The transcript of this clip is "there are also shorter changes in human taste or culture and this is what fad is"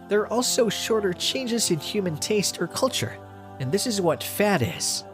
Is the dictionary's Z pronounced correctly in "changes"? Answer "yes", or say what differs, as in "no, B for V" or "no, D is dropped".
yes